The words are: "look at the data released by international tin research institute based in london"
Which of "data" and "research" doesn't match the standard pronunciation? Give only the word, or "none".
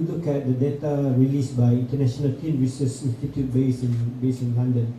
research